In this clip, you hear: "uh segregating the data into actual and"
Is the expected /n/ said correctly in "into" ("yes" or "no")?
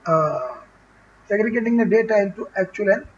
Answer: no